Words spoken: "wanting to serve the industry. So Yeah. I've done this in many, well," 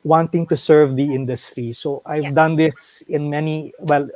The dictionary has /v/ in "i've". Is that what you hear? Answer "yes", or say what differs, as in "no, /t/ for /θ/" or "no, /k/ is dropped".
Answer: yes